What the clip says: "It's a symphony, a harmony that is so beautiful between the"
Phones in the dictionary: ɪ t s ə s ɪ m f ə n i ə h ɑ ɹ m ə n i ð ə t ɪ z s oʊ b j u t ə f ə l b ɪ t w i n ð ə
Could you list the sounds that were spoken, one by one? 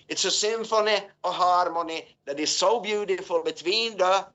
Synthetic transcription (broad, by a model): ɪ t s ə s ɪ m f ə n i ə h ɑ ɹ m ə n i ð ə t ɪ z s oʊ b j u t ə f ə l b ɪ t w i n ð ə